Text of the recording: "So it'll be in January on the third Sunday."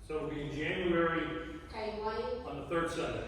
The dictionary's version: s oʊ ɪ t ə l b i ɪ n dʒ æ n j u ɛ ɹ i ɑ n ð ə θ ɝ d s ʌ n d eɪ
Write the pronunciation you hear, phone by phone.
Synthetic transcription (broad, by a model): s oʊ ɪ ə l b i ɪ n dʒ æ n j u ɛ ɹ i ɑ n ð ə θ ɝ d s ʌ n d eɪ